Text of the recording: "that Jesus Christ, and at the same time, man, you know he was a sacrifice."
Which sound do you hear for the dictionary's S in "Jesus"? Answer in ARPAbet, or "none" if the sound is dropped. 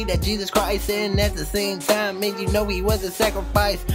S